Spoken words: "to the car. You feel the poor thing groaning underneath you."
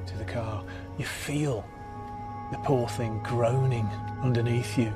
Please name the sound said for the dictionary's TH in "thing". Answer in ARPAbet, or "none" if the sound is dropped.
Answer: TH